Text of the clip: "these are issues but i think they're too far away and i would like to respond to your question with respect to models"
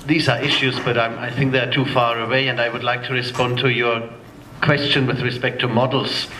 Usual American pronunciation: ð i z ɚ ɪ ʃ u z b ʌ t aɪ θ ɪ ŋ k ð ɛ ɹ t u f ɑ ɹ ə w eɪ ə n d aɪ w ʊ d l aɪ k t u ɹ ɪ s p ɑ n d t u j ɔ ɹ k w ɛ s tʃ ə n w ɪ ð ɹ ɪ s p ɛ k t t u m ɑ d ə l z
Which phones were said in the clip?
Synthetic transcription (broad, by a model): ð i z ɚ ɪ ʃ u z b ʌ t aɪ θ ɪ ŋ k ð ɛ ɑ t u f ɑ ɹ ə w eɪ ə n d aɪ w ʊ d l aɪ k t u ɹ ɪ s p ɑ n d t u j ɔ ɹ k w ɛ s tʃ ə n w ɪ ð ɹ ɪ s p ɛ k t t u m ɑ d l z